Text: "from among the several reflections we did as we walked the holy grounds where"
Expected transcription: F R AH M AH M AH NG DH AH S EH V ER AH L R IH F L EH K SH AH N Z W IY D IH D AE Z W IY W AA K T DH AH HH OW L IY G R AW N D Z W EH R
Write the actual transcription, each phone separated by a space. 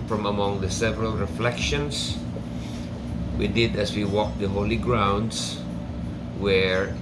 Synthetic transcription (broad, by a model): F R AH M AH M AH NG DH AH S EH V ER AH L R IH F L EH K SH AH N S W IY D IH D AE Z W IY W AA K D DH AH HH OW L IY G R AW N D S W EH R